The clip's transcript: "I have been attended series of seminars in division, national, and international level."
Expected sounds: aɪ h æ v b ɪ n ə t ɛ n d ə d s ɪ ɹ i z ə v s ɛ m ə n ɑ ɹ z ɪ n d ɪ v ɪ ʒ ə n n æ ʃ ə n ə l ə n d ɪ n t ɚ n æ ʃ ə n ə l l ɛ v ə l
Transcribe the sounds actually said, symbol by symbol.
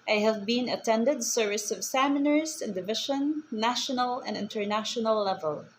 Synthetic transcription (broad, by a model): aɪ h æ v b ɪ n ə t ɛ n d ə d s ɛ ɹ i s ə v s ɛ m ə n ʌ ɹ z ɪ n d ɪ v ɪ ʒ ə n n æ ʃ ə n ə l ə n d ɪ n t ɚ n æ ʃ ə n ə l l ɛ v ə l